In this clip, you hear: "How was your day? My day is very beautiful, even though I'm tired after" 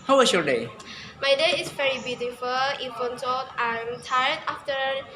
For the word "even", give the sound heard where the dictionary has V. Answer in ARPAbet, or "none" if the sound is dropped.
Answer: F